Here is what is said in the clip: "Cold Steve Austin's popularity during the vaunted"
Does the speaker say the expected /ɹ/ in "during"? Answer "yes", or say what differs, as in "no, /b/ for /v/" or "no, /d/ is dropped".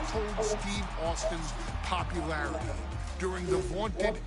yes